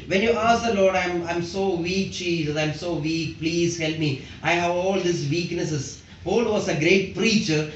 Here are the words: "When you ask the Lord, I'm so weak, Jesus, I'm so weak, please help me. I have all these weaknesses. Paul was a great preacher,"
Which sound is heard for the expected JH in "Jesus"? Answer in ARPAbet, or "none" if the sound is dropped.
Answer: CH